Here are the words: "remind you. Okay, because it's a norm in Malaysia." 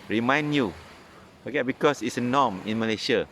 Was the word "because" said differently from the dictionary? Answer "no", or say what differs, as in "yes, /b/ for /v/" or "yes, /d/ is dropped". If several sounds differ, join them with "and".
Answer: yes, /s/ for /z/